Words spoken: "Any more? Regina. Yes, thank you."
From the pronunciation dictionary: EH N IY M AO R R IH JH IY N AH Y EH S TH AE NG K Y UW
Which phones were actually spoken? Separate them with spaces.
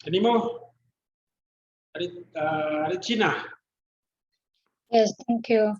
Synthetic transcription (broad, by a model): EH N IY M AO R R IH CH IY N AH Y EH S T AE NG K Y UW